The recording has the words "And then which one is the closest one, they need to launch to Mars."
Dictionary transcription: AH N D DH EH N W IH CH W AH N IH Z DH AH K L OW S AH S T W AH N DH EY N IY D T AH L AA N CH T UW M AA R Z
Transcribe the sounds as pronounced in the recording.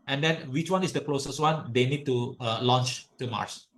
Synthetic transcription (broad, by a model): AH N D EH N W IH CH W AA N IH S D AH K L OW S AH S T W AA N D EY N IY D T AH L AA N CH T UW M AA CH